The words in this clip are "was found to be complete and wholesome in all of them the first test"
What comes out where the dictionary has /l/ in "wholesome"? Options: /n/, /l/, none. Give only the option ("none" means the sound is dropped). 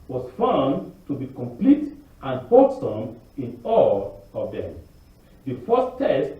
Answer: none